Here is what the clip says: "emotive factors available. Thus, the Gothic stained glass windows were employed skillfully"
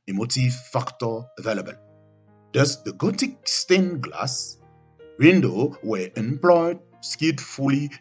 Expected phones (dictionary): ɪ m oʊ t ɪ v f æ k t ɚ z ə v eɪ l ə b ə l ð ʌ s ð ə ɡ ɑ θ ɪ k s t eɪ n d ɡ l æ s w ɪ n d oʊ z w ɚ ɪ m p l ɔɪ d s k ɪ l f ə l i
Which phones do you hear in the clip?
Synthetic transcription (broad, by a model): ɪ m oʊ t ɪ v f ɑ k t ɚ ə v eɪ l ə b ə l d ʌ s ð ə ɡ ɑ t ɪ k s t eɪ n ɡ l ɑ s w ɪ n d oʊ w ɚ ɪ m p l ɔɪ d s k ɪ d f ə l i